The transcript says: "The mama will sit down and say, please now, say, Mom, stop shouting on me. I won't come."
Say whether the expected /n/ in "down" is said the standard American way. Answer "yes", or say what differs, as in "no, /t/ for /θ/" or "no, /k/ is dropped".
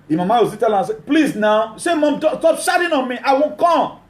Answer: no, /l/ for /n/